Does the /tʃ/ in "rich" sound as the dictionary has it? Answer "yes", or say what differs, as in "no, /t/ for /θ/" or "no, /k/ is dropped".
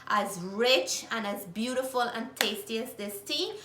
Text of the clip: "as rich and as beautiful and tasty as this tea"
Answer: yes